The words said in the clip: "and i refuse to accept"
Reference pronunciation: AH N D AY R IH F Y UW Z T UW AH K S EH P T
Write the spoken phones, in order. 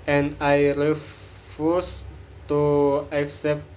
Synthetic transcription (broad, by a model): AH N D AY R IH F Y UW S T UW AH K S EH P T